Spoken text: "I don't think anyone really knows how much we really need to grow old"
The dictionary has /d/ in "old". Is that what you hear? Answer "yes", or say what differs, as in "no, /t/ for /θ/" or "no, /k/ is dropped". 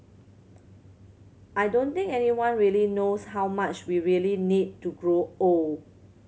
no, /d/ is dropped